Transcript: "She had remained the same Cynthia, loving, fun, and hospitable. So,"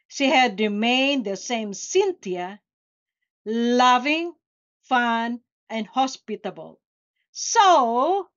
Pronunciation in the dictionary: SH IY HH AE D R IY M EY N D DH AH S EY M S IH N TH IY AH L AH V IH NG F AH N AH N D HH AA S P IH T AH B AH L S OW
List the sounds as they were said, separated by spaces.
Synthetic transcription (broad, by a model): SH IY HH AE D R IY M EY N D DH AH S EY M S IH N T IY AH L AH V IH NG F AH N AH N D HH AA S P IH T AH B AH L S OW